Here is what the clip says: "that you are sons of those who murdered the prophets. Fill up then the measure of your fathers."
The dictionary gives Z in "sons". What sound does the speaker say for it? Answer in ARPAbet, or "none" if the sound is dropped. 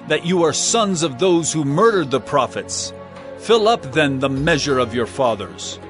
Z